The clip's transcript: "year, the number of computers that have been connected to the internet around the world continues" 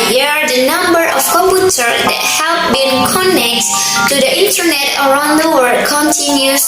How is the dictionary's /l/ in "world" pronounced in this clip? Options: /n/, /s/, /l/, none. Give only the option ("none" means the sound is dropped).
none